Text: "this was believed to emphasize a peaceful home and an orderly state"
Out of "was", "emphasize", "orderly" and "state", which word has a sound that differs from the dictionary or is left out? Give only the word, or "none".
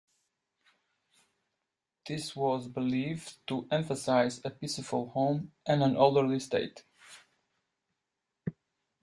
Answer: orderly